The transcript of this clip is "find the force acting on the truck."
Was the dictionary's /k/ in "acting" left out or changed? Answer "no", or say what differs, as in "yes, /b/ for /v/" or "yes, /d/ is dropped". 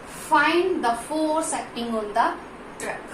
yes, /k/ is dropped